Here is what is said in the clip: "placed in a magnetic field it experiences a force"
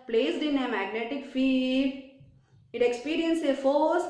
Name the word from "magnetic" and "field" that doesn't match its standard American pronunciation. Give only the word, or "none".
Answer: field